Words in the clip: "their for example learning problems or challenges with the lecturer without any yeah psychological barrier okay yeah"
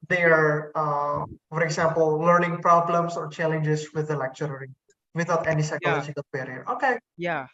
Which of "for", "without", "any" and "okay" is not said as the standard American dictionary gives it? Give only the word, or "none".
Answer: without